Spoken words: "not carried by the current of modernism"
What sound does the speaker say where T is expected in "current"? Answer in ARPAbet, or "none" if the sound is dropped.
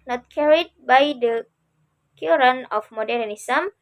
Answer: none